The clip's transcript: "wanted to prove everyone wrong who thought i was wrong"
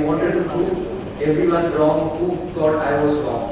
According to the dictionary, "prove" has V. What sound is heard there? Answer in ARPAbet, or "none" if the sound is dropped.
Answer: none